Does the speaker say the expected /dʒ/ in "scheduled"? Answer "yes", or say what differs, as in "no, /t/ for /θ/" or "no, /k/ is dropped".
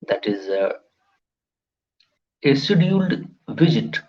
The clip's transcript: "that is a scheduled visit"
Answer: no, /dʒ/ is dropped